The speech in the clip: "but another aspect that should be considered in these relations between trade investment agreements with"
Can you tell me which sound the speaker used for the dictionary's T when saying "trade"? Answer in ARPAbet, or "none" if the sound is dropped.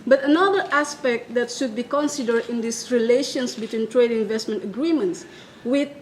T